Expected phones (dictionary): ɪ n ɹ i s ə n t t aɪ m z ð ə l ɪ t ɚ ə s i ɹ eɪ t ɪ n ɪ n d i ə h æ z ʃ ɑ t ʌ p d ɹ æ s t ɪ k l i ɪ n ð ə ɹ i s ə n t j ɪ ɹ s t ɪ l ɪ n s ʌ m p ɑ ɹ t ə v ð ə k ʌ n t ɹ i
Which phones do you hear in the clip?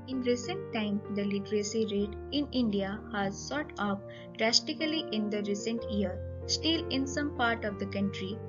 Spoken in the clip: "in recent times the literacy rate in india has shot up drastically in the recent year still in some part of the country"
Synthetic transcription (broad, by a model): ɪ n ɹ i s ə n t t aɪ m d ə l ɪ t ɚ ə s i ɹ eɪ t ɪ n ɪ n d i ə h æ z s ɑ t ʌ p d ɹ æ s t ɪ k l i ɪ n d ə ɹ i s ə n t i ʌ ɹ s t ɪ l ɪ n s ʌ m p ɑ ɹ t ə v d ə k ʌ n t ɹ i